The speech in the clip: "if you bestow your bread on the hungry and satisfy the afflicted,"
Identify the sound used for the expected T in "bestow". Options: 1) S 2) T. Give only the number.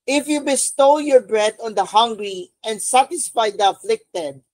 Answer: 2